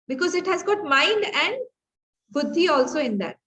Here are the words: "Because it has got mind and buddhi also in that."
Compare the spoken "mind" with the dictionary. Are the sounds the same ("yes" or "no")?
yes